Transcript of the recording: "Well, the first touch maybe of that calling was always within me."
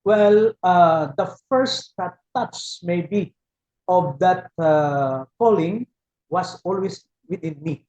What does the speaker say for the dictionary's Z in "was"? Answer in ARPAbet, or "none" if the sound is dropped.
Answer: S